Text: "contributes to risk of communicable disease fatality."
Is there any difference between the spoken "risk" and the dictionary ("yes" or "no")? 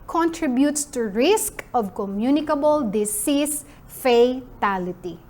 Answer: no